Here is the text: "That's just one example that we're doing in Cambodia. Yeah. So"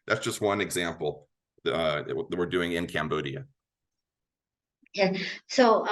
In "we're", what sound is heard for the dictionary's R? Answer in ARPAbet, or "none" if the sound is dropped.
R